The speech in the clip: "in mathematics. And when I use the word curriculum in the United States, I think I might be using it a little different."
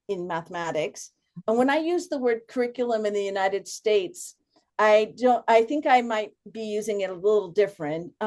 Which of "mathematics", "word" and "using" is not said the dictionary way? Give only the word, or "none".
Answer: none